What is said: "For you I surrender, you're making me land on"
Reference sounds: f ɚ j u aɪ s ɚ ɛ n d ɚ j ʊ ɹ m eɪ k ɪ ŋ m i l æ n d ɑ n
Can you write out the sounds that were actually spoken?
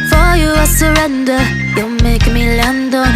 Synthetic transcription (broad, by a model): f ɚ j u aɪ s ɚ ɛ n d ɚ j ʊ l m eɪ ɪ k m i l æ n d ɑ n